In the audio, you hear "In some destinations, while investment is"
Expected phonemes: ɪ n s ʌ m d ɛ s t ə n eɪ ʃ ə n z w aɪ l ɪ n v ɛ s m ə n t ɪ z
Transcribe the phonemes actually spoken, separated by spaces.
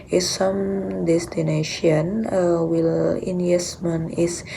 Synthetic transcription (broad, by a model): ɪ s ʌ m d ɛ s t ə n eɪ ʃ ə n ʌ w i l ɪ n ɛ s m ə n ɪ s